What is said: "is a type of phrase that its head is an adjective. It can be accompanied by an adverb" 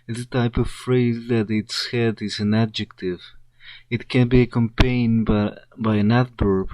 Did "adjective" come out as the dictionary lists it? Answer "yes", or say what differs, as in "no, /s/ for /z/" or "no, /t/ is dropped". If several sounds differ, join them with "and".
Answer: yes